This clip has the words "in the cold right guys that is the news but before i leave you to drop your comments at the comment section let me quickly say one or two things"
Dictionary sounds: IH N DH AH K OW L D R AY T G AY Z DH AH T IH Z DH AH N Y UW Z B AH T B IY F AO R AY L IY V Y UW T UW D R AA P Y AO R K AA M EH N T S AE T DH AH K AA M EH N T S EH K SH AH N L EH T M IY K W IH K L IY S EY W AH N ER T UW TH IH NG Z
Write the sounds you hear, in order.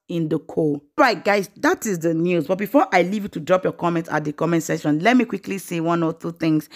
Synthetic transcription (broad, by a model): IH N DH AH K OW R AY T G AY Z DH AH T IH Z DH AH N Y UW Z B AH T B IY F AO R AY L IY V Y UW T UW D R AA P Y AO K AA M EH N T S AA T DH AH K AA M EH N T S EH SH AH N L EH T M IY K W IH K L IY S EY W AH N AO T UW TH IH NG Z